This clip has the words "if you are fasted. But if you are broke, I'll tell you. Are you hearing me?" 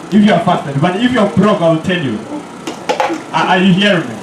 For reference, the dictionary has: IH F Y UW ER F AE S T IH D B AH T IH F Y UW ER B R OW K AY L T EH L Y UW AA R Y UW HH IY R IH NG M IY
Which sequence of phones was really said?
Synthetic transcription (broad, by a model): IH F Y UW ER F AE S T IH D B AH T IH F Y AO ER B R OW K AY L T EH L Y UW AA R Y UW HH IY R IH NG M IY